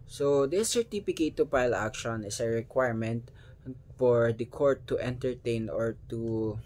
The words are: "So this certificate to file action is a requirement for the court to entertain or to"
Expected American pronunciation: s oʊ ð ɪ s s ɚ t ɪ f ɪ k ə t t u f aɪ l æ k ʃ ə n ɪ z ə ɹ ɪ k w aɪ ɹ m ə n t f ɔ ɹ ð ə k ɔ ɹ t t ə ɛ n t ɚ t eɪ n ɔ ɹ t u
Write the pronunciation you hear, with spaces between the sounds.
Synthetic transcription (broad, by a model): s oʊ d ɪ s s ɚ t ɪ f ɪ k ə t t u p aɪ l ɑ k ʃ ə n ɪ s ə ɹ ɪ k w aɪ ɹ m ə n t f ɔ ɹ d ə k ɔ ɹ t t ɛ n t ɚ t eɪ n ɔ ɹ t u